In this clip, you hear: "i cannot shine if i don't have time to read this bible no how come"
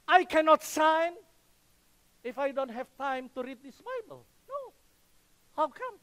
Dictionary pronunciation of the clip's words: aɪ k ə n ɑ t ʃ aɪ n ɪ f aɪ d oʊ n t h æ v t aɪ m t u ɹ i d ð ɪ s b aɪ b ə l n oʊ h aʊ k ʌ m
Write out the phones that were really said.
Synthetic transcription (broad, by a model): aɪ k ə n ɑ t s aɪ n ɪ f aɪ d oʊ n t h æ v t aɪ m t u ɹ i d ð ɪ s b aɪ b ə l n oʊ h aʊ k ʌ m